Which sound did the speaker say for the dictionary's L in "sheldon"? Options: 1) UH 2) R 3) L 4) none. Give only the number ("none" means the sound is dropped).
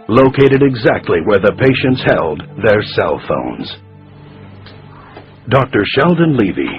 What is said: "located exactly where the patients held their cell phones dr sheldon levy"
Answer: 3